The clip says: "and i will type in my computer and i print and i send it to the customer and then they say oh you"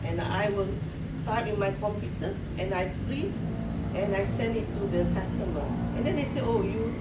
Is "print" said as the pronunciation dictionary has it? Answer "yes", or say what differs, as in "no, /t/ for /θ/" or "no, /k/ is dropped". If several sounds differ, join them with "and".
no, /n/ is dropped